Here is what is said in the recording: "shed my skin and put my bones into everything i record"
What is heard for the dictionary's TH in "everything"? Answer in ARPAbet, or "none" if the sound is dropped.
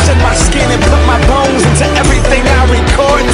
TH